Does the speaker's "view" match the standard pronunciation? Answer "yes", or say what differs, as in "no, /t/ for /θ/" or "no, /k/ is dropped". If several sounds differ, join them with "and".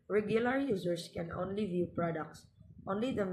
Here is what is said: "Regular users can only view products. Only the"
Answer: yes